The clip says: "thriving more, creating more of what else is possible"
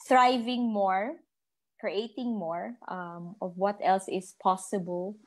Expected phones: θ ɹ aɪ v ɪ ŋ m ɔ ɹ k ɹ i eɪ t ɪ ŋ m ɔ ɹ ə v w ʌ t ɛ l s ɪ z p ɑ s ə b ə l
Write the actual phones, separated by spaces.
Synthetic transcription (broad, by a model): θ ɹ aɪ v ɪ ŋ m ɔ ɹ k ɹ i eɪ t ɪ ŋ m ɔ ɹ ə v w ʌ t ɛ l s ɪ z p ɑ s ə b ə l